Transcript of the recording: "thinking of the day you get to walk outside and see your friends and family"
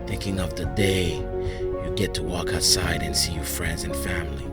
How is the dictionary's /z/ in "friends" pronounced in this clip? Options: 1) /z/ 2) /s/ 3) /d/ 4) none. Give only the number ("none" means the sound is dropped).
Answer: 1